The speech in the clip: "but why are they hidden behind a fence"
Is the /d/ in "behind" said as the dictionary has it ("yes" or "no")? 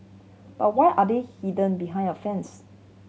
no